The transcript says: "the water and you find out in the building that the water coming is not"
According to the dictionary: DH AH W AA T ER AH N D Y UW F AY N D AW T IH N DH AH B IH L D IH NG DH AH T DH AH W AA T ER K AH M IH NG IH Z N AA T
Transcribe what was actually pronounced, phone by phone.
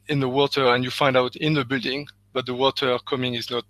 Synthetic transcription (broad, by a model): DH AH W AA T ER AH N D Y UW F AY N D AW T IH N DH AH B IH L D IH NG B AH T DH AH W AA T ER K AH M IH NG IH Z N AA T